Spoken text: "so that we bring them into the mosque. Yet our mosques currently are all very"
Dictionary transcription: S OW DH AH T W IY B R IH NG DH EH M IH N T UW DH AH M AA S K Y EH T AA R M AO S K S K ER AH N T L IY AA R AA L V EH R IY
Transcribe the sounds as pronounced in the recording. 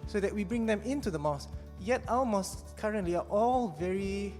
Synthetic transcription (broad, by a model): S OW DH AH T W IY B R IH NG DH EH M IH N T UW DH AH M AA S Y EH T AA L M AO S K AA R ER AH N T L IY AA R AA L V EH R IY